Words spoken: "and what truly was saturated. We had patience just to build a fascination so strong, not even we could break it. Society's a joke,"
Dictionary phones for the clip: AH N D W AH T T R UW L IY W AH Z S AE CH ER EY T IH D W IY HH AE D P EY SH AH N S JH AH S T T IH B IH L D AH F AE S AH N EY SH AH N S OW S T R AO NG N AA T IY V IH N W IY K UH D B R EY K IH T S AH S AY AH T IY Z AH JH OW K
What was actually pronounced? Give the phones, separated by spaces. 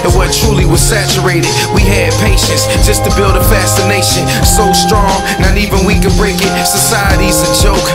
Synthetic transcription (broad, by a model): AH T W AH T T R UW L IY W AH Z S AE CH ER EY T IH D W IY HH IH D P EY SH AH N S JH AH S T T IH B IH L D AH F AE S AH N EY SH AH N S OW S T R AO NG N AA T IY V IH N W IY K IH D B R EY K IH T S AH S AY AH T IY Z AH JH OW K